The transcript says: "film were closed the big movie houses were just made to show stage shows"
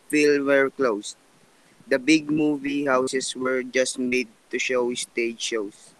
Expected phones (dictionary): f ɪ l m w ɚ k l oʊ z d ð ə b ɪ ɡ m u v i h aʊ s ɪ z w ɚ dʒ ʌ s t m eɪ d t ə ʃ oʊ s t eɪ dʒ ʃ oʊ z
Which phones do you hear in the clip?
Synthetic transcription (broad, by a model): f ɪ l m w ɚ k l oʊ s d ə b ɪ ɡ m u v i h aʊ s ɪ s w ɚ dʒ ʌ s t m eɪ d t ə ʃ oʊ s t eɪ dʒ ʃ oʊ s